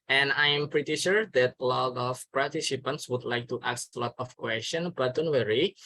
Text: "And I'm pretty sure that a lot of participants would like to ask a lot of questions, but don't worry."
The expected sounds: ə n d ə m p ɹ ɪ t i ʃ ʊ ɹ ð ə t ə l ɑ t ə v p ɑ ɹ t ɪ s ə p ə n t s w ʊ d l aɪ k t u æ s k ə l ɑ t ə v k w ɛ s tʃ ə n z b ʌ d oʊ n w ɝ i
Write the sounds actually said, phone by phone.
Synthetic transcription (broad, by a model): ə n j ə m p ɹ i t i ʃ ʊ ɹ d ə t ə l ɑ t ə f p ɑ ɹ t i s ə p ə n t s w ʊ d l aɪ k t u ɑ s ə l ɑ t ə f k w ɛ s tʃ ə n b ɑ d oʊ n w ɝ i